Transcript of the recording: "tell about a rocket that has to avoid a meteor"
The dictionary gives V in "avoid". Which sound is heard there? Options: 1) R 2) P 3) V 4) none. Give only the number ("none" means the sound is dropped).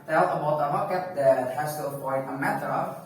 2